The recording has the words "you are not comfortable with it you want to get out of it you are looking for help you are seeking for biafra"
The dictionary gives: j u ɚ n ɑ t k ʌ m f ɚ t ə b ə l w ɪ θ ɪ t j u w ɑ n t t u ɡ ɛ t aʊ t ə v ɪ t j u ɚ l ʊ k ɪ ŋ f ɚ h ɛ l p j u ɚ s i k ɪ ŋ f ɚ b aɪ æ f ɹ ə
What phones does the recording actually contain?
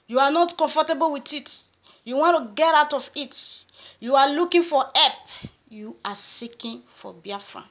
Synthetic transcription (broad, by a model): j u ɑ n ɑ t k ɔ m f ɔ t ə b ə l w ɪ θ ɪ t j u w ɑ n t t u ɡ ɛ t aʊ t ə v ɪ t j u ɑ l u k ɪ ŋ f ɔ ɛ p j u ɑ s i k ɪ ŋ f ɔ b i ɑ f ɹ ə